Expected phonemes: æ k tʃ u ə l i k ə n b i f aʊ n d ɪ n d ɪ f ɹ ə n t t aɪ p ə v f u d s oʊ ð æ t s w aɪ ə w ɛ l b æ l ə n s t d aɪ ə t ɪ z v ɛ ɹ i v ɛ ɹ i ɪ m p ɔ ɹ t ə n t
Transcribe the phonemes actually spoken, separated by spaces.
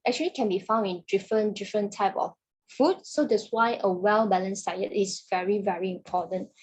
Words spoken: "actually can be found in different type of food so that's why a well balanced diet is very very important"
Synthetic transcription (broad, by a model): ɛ k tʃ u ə l i k ə n b i f aʊ n d ɪ n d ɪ f ɹ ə n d t aɪ p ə f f u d s oʊ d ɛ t s w aɪ ə w ɛ l b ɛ l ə n s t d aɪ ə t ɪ s v ɛ ɹ i v ɛ ɹ i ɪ m p ɔ t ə n t